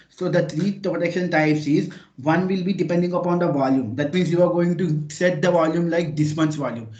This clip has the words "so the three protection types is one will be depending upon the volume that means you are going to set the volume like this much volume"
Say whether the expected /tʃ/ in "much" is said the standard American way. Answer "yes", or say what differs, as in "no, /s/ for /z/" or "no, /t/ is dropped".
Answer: no, /s/ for /tʃ/